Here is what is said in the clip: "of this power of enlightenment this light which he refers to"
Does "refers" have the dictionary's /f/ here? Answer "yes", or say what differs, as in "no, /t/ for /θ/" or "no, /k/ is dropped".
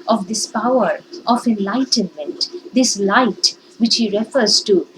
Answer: yes